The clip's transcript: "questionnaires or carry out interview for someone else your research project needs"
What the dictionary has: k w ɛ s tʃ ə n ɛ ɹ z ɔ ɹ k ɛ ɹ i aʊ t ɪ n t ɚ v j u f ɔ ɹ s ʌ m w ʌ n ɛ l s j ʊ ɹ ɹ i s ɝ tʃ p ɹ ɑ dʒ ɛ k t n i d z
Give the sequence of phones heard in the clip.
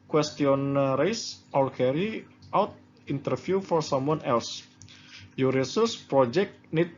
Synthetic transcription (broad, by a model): k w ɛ s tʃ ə n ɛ ɹ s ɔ l k ɛ ɹ i aʊ t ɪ n t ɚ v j u f ɔ ɹ s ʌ m w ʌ n ɛ l s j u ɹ ɹ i s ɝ s p ɹ ɑ dʒ ɛ k t n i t